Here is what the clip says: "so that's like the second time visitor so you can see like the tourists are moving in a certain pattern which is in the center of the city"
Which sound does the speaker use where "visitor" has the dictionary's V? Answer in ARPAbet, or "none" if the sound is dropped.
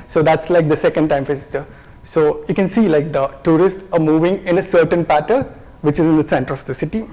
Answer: F